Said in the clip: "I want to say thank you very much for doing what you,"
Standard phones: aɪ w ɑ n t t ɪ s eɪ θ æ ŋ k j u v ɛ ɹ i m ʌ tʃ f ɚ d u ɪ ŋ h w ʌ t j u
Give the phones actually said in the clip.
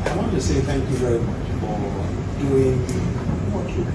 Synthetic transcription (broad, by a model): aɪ w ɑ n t t ɪ s eɪ θ æ ŋ k j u v ɛ ɹ i m ʌ tʃ f ɚ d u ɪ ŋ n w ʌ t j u